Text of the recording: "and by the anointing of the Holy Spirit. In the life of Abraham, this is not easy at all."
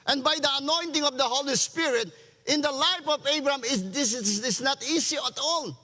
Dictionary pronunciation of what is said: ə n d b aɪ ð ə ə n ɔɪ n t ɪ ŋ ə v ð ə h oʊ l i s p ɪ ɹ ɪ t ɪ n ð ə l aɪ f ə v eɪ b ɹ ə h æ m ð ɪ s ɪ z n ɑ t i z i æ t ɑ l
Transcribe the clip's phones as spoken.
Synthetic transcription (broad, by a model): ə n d b aɪ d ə ə n ɔɪ n t ɪ ŋ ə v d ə h oʊ l i s p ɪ ɹ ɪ t ɪ n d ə l aɪ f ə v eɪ b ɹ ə h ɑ m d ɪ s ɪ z n ɑ t i s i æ t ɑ l